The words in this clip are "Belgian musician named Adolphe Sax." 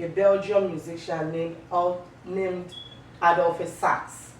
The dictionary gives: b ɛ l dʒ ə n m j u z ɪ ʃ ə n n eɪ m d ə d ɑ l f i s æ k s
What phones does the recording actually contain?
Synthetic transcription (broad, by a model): b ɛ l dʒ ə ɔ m j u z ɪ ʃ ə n n eɪ m d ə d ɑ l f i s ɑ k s